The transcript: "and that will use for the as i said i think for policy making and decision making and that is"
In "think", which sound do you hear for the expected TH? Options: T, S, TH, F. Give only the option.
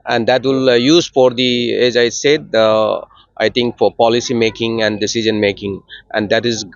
T